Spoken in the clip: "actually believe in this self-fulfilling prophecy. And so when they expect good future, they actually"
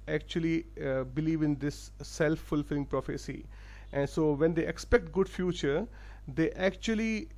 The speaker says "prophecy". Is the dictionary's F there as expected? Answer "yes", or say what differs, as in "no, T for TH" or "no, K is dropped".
yes